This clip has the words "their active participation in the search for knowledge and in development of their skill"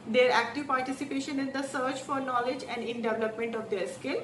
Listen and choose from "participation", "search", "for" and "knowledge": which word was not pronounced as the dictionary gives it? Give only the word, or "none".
none